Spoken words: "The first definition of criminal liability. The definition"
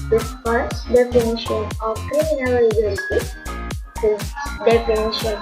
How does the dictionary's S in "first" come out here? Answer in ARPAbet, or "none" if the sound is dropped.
none